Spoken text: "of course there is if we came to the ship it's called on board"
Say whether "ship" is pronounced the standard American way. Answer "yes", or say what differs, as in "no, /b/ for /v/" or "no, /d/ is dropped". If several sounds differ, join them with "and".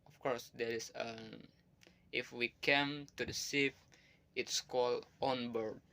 no, /s/ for /ʃ/ and /f/ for /p/